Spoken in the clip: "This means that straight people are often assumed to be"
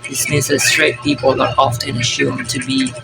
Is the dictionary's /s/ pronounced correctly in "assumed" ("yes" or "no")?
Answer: no